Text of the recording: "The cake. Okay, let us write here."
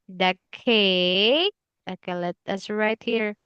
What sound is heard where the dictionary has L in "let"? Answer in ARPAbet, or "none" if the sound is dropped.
L